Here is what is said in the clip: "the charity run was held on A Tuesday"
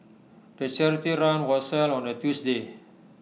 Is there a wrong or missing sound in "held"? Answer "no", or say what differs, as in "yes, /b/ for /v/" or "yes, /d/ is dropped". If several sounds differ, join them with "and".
yes, /d/ is dropped